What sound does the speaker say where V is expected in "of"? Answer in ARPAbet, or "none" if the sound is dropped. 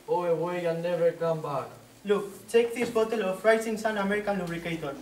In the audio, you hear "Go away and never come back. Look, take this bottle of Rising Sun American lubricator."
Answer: F